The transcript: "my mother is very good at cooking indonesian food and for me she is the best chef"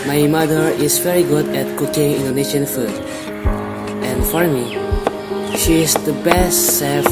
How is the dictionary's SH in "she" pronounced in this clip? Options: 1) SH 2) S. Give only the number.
1